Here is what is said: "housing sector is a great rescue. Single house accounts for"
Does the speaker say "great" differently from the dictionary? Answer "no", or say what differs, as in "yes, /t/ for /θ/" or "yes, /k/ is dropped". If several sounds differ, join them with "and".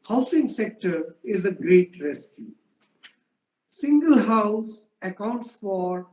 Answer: no